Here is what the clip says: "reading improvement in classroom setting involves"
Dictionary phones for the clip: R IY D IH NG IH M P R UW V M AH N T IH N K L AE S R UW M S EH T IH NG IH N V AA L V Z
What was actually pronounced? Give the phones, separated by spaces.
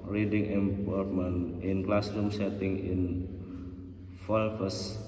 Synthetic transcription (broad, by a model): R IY D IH NG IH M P AO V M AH N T IH N K L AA S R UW M S EH T IH NG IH N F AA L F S